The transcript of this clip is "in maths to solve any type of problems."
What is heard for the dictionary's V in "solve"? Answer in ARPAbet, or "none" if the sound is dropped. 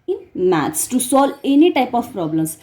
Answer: none